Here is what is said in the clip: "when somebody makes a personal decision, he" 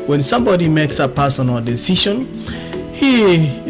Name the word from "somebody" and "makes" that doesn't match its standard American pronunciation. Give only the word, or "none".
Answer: none